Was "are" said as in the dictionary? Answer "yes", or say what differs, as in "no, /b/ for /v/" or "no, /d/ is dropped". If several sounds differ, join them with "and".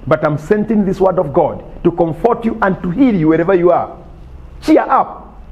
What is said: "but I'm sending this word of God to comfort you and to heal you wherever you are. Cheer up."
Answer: yes